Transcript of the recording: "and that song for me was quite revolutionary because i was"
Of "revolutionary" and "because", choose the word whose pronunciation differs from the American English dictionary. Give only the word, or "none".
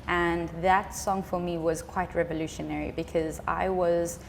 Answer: none